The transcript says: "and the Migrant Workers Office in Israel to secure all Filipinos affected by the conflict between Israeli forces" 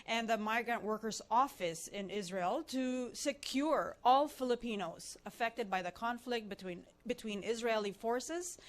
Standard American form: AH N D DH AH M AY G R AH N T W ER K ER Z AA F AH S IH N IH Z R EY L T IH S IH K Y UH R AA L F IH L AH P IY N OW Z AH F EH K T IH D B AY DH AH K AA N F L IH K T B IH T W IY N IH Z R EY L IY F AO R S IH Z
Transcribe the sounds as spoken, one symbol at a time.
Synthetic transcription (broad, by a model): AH N DH AH M AY G R AH N T W ER K ER Z AA F AH S IH N IH Z R EY L T IH S IH K Y UH R AA L F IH L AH P IY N OW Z AH F EH K T IH D B AY DH AH K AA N F L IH K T B IH T W IY N IH Z R EY L IY F AO R S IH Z